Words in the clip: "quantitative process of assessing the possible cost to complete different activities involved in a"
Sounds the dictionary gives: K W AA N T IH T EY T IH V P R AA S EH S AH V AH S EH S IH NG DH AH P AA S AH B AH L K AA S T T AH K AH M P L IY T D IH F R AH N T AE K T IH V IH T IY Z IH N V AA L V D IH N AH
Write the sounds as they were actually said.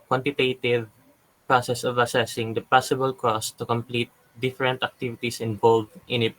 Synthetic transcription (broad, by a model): K W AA N T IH T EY T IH V P R AA S EH S AH V AH S EH S IH NG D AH P AA S AH B AH L K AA S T T AH K AH M P L IY T D IH F R AH N T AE K T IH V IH T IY S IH N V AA L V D IH N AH